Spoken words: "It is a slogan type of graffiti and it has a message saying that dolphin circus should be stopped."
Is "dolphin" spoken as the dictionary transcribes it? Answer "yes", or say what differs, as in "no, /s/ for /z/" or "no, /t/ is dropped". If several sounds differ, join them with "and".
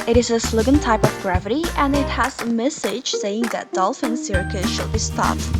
yes